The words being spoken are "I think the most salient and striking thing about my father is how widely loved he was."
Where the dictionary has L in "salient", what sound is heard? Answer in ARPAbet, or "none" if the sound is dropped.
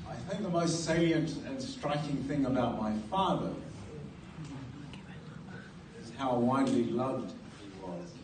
none